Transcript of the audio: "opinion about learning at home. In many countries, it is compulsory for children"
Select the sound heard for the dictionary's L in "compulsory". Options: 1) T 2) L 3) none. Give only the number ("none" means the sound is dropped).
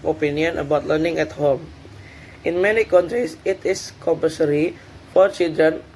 3